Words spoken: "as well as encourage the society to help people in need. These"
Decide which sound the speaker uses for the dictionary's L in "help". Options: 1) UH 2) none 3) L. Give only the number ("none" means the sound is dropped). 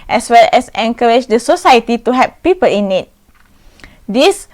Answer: 2